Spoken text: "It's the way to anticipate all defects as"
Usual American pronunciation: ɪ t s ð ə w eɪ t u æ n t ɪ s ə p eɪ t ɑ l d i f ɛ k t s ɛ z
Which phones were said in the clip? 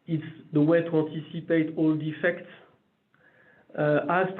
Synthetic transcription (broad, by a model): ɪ t s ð ə w eɪ t u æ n t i s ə p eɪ t ɑ l d i f ɛ k t s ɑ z